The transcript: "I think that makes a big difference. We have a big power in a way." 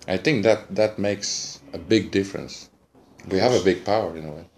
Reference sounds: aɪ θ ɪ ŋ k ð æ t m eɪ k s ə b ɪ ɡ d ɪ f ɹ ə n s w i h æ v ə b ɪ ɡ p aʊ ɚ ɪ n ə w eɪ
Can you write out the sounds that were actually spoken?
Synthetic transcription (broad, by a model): aɪ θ ɪ ŋ k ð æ t m eɪ k s ə b ɪ ɡ d ɪ f ɹ ə n s w i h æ v ə b ɪ ɡ p aʊ ɚ ɪ n ə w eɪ